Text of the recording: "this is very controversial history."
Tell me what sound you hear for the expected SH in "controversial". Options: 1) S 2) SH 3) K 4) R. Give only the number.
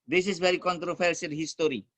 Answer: 1